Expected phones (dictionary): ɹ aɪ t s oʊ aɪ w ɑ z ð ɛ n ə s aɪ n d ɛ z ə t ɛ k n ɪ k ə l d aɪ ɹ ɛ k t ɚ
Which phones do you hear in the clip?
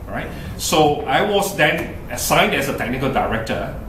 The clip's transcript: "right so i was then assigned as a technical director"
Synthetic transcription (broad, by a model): ɹ aɪ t s oʊ aɪ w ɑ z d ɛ n ə s aɪ n d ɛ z ə t ɛ k n ɪ k ə l d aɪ ɹ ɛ k t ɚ